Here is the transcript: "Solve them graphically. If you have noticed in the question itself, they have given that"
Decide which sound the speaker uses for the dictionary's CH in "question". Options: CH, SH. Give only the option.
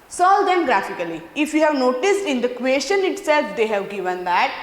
SH